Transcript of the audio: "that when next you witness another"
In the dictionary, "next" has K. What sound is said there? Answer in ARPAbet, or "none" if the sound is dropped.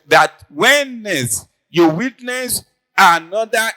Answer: none